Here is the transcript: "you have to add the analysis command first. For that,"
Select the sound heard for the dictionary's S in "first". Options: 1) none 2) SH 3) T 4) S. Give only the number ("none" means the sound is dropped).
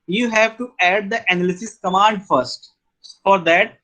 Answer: 4